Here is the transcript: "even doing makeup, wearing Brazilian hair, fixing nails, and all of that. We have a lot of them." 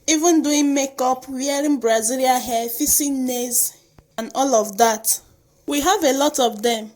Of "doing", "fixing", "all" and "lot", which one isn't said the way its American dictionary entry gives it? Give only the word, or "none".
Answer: fixing